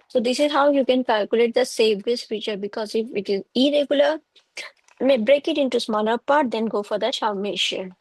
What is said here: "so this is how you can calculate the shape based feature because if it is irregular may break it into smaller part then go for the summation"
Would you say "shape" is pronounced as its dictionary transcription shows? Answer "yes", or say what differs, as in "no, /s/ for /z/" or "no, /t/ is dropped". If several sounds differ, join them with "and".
no, /s/ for /ʃ/